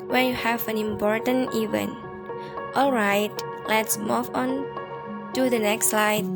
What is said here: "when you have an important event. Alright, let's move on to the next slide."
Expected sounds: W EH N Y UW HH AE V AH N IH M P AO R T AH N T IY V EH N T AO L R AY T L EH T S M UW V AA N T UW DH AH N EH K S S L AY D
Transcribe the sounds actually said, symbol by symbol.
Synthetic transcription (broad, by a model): W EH N Y UW HH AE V AH N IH M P AO R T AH N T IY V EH N T AO L R AY T L EH T S M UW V AA N T UW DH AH N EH K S S L AY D